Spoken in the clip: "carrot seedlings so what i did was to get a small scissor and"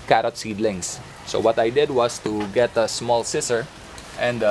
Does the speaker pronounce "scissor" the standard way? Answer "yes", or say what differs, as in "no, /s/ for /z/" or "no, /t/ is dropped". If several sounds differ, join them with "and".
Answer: no, /s/ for /z/